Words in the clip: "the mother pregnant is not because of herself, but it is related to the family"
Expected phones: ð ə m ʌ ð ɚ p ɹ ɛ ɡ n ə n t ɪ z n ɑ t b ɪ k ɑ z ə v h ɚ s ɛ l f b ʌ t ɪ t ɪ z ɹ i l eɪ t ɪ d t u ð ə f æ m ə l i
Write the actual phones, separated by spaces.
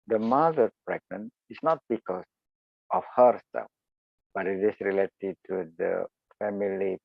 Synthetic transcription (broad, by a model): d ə m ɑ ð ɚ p ɹ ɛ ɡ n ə n ɪ s n ɑ t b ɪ k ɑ s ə f h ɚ s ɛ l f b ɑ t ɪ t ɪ s ɹ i l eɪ t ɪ t u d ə f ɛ m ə l i